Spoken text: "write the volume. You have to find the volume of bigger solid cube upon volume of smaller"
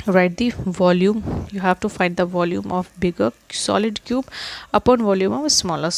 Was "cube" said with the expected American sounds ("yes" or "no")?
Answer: yes